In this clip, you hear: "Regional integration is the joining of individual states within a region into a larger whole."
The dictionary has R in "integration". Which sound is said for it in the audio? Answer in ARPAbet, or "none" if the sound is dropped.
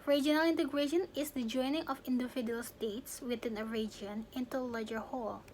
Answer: R